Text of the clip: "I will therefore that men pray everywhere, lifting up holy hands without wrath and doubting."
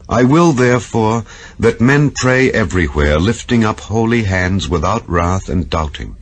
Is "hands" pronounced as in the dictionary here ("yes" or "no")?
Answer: yes